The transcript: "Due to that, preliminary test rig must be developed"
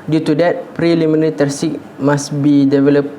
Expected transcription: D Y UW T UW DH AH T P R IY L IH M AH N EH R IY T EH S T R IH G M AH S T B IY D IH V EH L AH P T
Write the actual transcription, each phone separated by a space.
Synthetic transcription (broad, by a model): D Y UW T UW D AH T P R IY L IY M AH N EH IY T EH T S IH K M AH S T B IY D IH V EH L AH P